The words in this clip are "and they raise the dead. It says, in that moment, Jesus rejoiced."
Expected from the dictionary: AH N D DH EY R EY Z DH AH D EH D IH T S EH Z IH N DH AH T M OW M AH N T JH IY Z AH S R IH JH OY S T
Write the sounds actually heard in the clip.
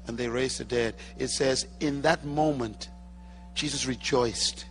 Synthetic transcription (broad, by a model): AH N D DH EY R EY Z DH AH D EH D IH T S EH Z IH N DH AH T M OW M AH N T JH IY Z AH S R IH JH OY S T